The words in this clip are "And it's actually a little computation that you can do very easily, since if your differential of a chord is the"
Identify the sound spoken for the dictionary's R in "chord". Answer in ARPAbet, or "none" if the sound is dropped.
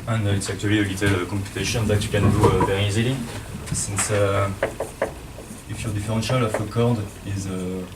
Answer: R